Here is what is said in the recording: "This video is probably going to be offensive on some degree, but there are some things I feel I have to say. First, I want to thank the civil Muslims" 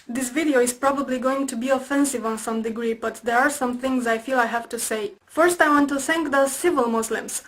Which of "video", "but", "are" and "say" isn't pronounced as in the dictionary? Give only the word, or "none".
none